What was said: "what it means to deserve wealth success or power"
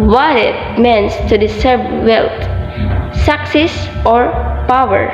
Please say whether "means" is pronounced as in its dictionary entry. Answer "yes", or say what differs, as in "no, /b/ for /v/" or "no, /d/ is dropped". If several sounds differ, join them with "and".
no, /s/ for /z/